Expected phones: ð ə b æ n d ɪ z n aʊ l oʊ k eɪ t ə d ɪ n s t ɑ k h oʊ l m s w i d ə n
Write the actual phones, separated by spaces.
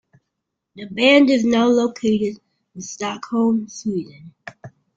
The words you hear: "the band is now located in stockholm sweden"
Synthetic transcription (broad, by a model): ð ə b æ n d ɪ z n aʊ l oʊ k eɪ t ə d ɪ n s t ɑ k h oʊ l m s w i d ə n